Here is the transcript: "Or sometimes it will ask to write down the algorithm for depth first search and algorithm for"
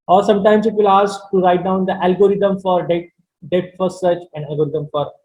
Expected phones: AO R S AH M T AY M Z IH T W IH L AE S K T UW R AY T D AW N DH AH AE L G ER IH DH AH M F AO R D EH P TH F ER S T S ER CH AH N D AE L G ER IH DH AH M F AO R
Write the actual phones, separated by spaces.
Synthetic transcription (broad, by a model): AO R S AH M T AY M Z IH T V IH L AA S K T UW R AY T D AW N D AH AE L G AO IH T AH M F AO R D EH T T F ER T S ER CH AH N D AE L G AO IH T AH M F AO R